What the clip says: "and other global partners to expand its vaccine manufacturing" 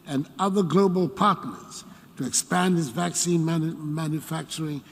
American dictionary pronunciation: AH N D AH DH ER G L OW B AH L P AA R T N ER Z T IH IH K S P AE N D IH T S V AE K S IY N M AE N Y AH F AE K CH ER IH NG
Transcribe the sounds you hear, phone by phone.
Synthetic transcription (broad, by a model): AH N AH DH ER G L OW B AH L P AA R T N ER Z T IH IH K S P AE N D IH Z V AE K S IY N M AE N Y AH F AE K CH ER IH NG